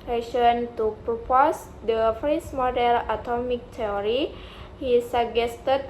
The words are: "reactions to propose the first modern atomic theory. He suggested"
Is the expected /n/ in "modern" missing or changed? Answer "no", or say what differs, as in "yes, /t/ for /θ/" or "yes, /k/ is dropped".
yes, /l/ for /n/